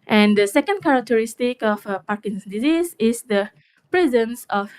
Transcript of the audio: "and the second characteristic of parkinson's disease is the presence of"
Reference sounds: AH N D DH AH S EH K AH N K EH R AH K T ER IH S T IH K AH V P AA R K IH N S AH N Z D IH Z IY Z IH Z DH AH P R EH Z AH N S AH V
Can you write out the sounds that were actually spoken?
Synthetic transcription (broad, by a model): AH N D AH S EH K AH N K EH R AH K T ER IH S T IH K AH F P AA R K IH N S D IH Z IY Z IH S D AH P R EH Z AH N S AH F